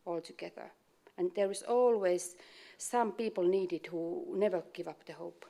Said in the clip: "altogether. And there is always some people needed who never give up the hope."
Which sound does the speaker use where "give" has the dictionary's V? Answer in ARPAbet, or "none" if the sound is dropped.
V